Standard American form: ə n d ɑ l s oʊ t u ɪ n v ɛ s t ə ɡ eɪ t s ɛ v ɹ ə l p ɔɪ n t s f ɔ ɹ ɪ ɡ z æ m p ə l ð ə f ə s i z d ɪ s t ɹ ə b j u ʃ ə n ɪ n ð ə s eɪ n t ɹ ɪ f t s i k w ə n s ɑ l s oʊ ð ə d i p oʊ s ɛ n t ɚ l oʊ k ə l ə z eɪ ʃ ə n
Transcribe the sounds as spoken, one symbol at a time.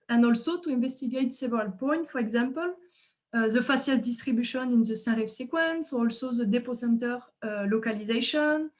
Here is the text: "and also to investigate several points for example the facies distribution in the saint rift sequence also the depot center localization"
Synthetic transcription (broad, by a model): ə n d ɑ l s oʊ t u ɪ n v ɛ s t ə ɡ eɪ t s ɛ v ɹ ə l p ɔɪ n t f ɔ ɹ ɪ ɡ z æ m p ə l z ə f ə s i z d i s t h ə b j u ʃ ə n ɪ n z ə s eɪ ɹ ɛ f s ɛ k w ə n s ɑ l s oʊ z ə d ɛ p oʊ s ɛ n t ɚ l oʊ k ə l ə z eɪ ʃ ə n